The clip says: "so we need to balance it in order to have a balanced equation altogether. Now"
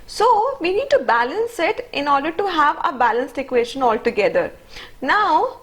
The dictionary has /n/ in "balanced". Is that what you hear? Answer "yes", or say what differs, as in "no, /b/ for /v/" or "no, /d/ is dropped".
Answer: yes